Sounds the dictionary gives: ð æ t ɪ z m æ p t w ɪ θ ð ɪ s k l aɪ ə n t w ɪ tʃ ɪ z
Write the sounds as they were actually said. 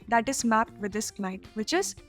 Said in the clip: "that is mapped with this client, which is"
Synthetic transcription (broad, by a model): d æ t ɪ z m æ p t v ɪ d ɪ s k n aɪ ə t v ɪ tʃ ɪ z